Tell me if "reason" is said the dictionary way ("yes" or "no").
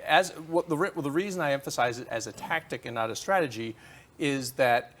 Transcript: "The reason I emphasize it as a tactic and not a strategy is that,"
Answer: yes